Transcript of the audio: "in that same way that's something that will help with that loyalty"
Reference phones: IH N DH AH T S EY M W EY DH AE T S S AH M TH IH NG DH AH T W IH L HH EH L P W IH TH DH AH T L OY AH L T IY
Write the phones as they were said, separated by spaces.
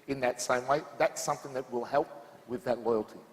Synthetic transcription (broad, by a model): IH N DH AH T S EY M W EY DH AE T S S AH M TH IH NG DH AH T W IH L HH EH L P W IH DH AH T L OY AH L T IY